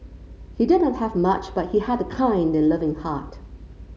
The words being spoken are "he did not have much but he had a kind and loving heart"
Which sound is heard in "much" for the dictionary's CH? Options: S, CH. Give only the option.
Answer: CH